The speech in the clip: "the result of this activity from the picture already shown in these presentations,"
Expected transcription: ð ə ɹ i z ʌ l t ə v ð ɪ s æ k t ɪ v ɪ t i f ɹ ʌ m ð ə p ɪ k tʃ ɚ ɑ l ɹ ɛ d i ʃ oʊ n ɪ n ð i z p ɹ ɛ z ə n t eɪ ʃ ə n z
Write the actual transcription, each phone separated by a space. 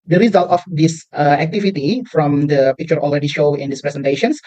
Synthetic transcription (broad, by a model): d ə ɹ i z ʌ l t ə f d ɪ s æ k t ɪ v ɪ t i f ɹ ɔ m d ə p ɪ k tʃ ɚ ɑ l ɹ ɛ d i ʃ oʊ ɪ n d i s p ɹ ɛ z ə n t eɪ ʃ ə n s